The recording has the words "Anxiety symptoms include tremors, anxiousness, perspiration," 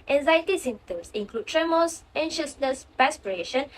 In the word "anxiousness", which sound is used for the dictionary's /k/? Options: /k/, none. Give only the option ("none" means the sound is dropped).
none